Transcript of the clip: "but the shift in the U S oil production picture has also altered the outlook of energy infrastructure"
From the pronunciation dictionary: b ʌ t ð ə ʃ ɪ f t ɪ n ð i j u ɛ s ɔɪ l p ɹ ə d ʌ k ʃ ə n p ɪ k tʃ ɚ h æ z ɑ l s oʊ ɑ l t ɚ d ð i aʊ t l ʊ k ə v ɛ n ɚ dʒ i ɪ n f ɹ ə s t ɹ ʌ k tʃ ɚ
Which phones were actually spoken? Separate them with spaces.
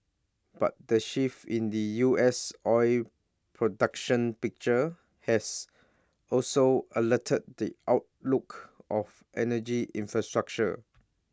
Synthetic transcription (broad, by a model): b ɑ t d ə ʃ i f ɪ n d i j u ɛ s ɔɪ l p ɹ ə d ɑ k ʃ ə n p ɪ k tʃ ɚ h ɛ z ɑ l s oʊ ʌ l t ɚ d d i aʊ t l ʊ k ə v ɛ n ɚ dʒ i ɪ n f ɹ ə s t ɹ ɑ k tʃ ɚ